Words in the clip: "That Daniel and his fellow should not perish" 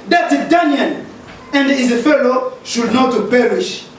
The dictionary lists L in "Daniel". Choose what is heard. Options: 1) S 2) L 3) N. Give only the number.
3